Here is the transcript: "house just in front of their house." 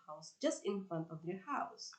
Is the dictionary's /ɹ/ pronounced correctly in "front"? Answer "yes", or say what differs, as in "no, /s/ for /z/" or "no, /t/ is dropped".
yes